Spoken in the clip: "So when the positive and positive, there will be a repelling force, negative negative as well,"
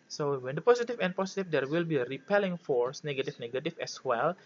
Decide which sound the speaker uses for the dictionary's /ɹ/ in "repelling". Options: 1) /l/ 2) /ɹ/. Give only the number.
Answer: 2